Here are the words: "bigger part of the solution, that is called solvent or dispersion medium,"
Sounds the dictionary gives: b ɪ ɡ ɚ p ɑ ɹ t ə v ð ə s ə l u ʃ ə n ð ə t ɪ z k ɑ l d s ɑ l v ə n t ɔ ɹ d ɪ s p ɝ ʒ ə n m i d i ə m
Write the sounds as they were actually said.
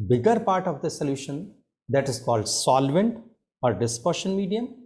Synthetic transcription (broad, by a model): b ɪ ɡ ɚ p ɑ ɹ t ə v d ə s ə l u ʃ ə n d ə t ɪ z k ɑ l d s ɑ l v ə n t ɔ ɹ d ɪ s p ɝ ʃ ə n m i d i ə m